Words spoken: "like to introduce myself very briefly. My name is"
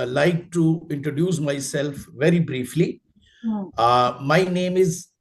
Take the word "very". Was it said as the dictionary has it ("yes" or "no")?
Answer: yes